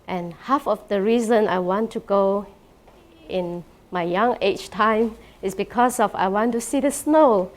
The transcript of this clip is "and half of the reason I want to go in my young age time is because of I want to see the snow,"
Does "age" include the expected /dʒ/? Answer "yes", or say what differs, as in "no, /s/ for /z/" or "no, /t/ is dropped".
no, /tʃ/ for /dʒ/